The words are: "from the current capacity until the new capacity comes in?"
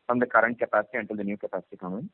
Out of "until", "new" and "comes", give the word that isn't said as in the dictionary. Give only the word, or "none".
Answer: comes